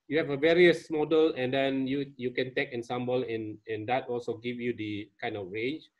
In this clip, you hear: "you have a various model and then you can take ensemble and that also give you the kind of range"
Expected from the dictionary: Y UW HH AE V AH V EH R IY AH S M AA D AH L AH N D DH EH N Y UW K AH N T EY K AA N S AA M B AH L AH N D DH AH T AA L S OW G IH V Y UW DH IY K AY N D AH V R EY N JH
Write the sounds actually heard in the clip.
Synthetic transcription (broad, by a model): Y UW HH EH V AH V EH R IY AH S M AA D AH L AH N D EH N Y UW K AH N T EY K AA N S AA M B AH L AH N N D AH T AA L S OW G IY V Y UW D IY K AY N D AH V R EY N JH